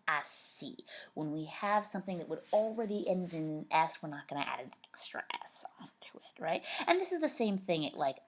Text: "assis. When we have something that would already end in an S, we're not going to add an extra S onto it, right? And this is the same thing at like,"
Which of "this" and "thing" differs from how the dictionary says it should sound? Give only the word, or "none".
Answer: none